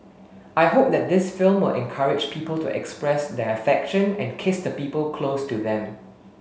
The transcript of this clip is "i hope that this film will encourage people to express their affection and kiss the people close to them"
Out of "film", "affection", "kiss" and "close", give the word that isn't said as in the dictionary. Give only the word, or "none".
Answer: none